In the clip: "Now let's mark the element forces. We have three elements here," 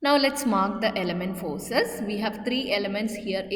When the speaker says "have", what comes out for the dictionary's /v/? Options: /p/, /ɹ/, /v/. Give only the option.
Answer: /v/